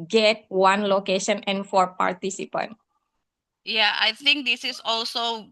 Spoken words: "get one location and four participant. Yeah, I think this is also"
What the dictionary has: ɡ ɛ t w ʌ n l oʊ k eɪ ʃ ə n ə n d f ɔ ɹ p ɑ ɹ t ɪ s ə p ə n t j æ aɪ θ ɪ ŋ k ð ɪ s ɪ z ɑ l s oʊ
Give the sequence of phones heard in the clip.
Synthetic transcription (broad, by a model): ɡ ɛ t w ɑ n l oʊ k eɪ ʃ ə n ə n f ɔ ɹ p ɑ ɹ t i s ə p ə n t j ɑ aɪ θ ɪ ŋ k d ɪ s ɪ s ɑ l s oʊ